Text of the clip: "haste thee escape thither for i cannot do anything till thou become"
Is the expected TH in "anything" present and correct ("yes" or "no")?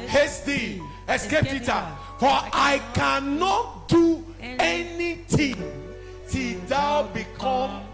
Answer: no